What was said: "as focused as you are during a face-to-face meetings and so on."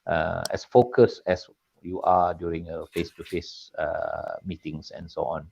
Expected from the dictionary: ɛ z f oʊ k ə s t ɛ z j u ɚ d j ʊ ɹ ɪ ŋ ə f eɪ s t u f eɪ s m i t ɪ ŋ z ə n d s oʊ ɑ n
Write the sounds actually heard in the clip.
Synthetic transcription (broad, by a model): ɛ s f oʊ k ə s ɛ s j u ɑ d j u ɹ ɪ ŋ ə f eɪ s t u f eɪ s m i t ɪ ŋ s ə n s oʊ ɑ n